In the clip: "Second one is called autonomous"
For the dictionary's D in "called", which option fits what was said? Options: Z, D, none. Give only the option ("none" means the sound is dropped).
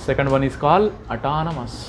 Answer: none